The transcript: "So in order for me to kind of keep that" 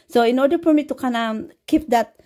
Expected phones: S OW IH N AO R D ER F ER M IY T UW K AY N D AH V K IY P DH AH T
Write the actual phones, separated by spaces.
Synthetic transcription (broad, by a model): S OW IH N AO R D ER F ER M IY T UW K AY N AH K IY P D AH T